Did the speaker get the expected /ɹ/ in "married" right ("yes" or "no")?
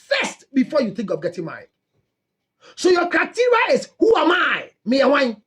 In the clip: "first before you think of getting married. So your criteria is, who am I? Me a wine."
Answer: no